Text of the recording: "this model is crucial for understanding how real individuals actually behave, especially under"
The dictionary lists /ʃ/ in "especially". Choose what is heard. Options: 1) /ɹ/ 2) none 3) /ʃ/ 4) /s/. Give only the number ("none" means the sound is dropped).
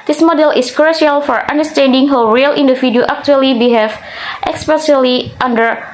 4